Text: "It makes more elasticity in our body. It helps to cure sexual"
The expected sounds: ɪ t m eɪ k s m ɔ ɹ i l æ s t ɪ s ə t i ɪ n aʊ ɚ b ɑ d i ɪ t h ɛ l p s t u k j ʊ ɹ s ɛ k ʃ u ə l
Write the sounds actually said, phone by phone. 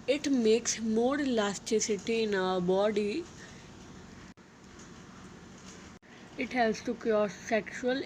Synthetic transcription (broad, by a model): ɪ t m eɪ k s m ɔ ɹ l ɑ s t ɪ s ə t i ɪ n aʊ ɚ b ɑ d i ɪ t h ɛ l s t u k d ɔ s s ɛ k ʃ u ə l